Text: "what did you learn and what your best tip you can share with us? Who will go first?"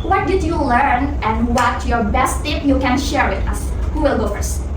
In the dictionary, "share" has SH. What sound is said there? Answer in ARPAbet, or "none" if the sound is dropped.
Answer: SH